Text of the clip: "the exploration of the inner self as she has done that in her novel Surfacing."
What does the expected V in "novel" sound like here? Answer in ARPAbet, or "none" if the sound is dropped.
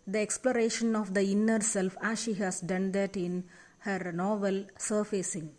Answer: V